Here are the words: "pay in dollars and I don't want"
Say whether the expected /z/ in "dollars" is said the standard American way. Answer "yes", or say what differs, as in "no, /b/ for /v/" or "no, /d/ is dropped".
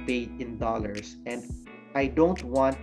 no, /s/ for /z/